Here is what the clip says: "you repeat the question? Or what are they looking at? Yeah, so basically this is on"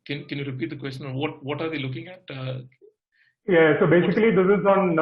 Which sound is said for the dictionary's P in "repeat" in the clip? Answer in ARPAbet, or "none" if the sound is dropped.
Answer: P